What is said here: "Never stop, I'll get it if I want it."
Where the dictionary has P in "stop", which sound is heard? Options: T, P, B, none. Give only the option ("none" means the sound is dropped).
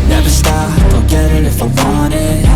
none